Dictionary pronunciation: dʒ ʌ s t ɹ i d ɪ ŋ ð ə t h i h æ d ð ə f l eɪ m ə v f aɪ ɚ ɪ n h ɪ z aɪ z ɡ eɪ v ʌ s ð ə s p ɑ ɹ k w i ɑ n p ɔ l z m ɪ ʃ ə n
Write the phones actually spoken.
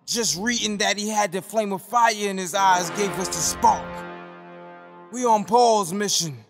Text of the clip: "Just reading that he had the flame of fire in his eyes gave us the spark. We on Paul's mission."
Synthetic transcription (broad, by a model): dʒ ʌ s t ɹ i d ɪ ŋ ð ə t h i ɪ d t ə f l eɪ m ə f aɪ ɚ ɪ n ɪ z aɪ z ɡ eɪ v ʌ s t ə s p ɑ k w i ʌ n p ɔ l z m ɪ ʃ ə n